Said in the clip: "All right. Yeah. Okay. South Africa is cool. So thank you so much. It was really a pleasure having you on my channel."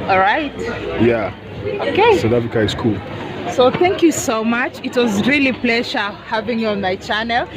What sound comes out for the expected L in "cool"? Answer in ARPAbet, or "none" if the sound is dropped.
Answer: L